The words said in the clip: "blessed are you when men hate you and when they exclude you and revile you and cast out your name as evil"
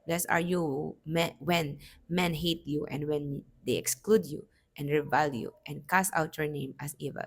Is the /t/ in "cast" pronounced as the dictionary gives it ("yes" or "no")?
no